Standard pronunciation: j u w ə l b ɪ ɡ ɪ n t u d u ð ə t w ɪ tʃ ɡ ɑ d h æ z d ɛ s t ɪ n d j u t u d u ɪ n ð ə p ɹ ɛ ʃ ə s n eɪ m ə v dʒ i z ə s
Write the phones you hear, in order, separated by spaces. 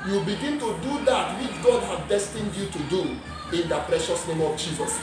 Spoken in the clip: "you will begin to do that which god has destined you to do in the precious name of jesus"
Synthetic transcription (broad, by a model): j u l b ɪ ɡ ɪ n t u d u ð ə t w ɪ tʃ ɡ ɑ d h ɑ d d ɛ s t ɪ n d j u t u d u ɪ n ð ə p ɹ ɛ ʃ ə s n eɪ m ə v dʒ i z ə s